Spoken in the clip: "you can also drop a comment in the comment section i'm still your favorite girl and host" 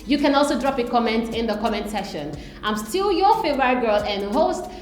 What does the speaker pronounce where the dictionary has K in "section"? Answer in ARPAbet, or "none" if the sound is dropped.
none